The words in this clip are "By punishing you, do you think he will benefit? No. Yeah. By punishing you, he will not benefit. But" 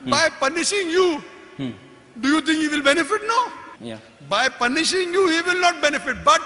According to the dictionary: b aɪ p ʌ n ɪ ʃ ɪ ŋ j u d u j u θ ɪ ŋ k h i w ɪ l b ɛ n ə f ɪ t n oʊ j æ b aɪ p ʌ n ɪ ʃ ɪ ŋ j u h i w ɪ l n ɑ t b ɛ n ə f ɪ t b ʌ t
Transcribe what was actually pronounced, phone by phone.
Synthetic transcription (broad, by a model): b aɪ p ʌ n ɪ ʃ ɪ ŋ j u d u j u t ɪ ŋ k h i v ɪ l b ɛ n ə f ɪ t n oʊ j b aɪ p ʌ n ɪ ʃ ɪ ŋ j u h i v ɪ l n ɑ t b ɛ n ə f ɪ t b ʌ t